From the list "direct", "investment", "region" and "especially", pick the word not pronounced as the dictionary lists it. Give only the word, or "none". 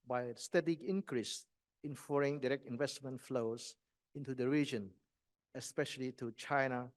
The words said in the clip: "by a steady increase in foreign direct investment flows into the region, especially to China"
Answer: none